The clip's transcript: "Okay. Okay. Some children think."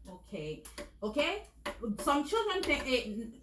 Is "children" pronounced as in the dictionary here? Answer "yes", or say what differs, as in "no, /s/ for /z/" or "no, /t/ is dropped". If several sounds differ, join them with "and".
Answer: yes